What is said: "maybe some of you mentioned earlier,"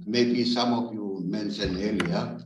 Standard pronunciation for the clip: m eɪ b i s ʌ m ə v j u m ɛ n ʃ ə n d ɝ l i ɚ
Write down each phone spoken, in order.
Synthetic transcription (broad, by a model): m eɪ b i s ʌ m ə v j u m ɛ n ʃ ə n ɝ l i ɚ